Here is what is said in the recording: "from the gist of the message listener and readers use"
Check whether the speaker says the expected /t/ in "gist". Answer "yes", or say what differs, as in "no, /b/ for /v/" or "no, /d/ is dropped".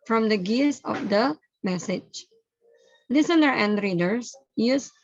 no, /t/ is dropped